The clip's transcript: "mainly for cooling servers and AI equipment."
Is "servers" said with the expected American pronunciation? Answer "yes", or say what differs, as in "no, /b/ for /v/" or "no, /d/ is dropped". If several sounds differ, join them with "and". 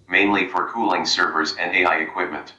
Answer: yes